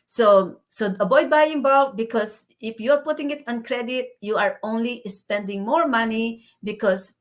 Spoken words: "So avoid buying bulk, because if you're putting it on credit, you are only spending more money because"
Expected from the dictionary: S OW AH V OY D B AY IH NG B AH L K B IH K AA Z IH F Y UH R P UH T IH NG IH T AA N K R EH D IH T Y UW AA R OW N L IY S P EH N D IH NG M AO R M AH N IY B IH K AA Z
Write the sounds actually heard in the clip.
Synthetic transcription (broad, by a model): S OW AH B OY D B AY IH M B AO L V B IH K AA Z IH F Y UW R P UH T IH NG IH T AA N K R EH D IH T Y UW AA R OW N L IY S P EH N D IH NG M AO R M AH N IY B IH K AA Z